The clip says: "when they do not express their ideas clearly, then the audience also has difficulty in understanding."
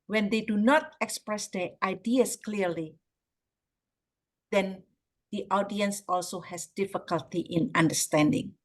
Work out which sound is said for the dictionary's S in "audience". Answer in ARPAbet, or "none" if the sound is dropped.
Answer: S